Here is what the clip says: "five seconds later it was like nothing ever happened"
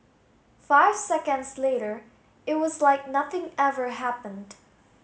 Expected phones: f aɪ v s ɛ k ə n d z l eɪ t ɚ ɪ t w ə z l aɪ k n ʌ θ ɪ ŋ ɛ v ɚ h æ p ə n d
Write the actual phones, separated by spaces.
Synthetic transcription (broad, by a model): f aɪ v s ɛ k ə n d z l eɪ t ɚ ɪ t w ə z l aɪ k n ʌ θ ɪ ŋ ɛ v ɚ h æ p ə n d